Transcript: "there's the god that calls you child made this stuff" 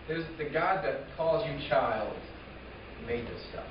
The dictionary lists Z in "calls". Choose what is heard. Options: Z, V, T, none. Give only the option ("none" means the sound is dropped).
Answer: Z